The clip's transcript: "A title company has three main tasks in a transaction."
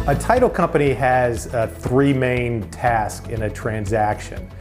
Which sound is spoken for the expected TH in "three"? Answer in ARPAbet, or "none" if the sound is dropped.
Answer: TH